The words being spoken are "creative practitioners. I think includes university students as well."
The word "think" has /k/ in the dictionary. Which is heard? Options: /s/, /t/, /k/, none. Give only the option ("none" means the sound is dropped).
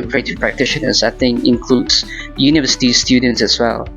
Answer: none